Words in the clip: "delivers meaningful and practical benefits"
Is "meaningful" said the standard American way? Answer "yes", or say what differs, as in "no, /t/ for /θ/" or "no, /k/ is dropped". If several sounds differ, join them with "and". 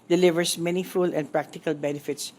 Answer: no, /ŋ/ is dropped